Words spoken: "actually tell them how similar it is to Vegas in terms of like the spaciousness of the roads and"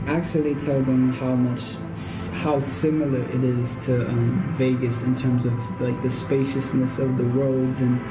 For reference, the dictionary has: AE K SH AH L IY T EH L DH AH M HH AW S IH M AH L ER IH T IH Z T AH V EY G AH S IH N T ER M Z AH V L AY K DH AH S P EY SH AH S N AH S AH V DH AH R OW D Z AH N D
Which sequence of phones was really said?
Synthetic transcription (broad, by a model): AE K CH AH L IY T EH L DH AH M HH AW S IH M L ER IH T IH Z T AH V EY G AH S IH N T ER M Z AH V L AY K DH AH S P EY SH AH S N AH S AH V DH AH R OW D Z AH N